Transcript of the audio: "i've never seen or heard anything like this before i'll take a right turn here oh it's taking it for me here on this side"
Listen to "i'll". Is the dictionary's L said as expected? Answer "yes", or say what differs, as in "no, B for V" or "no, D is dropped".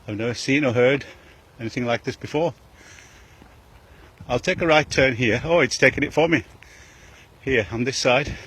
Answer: yes